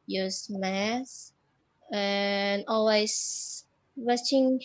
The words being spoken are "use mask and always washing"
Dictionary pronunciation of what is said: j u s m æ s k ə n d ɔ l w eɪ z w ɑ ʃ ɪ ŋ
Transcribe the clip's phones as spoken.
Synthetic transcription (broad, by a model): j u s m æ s ə n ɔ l w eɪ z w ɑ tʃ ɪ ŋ